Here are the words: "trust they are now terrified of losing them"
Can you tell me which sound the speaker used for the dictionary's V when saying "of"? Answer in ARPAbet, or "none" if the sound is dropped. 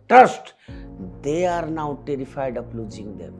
P